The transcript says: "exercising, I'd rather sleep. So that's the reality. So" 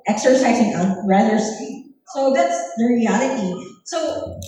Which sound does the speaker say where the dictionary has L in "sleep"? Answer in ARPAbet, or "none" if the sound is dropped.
none